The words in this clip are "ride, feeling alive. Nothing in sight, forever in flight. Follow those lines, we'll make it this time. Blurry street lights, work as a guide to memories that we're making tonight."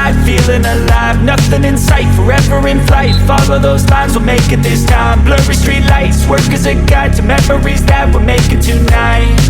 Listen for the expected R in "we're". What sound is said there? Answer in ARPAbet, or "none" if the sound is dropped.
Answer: L